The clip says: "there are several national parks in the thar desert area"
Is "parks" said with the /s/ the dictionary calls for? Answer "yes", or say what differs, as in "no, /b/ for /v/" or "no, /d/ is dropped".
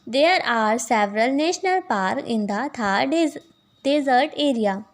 no, /s/ is dropped